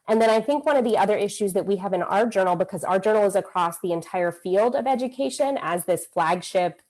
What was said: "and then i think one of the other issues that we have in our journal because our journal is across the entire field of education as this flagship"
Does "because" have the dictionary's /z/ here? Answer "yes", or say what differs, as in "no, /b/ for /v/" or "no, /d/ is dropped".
yes